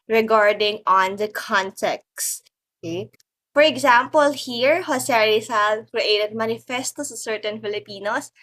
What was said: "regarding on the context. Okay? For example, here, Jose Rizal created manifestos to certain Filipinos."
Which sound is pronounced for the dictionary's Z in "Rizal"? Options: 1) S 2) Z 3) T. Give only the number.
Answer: 1